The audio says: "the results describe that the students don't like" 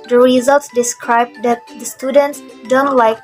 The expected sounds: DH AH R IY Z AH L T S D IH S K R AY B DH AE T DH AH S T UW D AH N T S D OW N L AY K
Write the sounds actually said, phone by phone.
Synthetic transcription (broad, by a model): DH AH R IY Z AH L T S D IH S K R AY B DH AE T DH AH S T UW D AH N T S D OW N L AY K